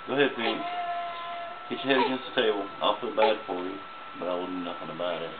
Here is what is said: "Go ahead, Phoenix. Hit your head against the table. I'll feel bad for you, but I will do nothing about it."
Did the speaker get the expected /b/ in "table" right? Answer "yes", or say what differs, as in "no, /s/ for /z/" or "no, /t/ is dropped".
no, /b/ is dropped